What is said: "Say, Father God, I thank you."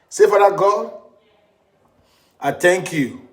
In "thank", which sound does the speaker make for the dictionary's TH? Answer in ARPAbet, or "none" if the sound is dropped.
T